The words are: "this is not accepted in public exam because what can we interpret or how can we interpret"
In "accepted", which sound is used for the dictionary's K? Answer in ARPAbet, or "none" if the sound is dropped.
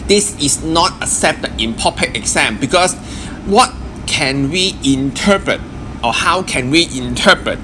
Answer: none